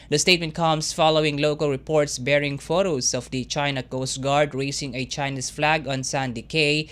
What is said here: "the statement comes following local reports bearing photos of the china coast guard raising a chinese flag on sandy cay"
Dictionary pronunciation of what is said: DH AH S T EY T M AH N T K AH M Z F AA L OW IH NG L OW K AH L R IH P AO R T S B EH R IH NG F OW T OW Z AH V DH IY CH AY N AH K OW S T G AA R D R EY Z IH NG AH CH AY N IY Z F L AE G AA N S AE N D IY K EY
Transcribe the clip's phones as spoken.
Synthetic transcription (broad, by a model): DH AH S T EY T M AH N T K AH M S F AA L OW IH NG L OW K AH L R IH P AO R T S B EH R IH NG F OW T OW S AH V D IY CH AY N AH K OW S T G AA R D R EY S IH NG AH CH AY N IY S F L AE G AA N S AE N D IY K EY